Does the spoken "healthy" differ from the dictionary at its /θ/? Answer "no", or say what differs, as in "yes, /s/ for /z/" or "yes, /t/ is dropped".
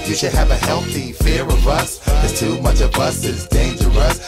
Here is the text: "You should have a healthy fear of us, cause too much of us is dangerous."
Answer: no